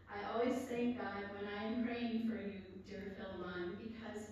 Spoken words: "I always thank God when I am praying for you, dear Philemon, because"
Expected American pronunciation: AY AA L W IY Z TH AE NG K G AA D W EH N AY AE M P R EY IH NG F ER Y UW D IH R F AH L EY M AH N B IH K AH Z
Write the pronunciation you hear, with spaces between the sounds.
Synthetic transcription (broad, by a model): AY AA L W IY Z TH AE NG K G AA D W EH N AY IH M P R EY IH NG F ER Y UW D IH R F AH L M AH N B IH K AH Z